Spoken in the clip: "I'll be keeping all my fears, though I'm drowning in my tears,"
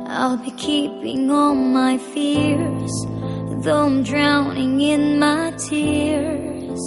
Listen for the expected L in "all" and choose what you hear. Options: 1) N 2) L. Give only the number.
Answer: 1